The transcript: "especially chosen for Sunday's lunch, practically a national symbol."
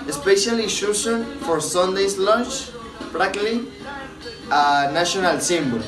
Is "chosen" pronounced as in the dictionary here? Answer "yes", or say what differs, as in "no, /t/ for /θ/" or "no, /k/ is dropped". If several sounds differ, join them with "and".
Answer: no, /ʃ/ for /tʃ/ and /s/ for /z/